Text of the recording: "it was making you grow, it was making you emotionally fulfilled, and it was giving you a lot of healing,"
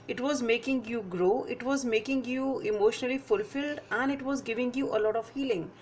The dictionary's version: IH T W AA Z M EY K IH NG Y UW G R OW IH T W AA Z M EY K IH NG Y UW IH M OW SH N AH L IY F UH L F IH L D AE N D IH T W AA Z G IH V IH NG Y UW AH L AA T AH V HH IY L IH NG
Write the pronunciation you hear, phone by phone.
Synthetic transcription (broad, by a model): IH T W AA Z M EY K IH NG Y UW G R OW IH T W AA Z M EY K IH NG Y UW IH M OW SH N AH L IY F UH L F IH L D AE N D IH T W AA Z G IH V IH NG Y UW AH L AA T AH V HH IY L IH NG